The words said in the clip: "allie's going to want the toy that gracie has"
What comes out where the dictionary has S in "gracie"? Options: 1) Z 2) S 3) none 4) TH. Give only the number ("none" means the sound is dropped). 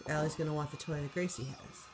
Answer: 2